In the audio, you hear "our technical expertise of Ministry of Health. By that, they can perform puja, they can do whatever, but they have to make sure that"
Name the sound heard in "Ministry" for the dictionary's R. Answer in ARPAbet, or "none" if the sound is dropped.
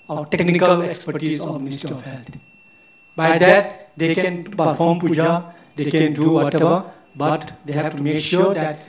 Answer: none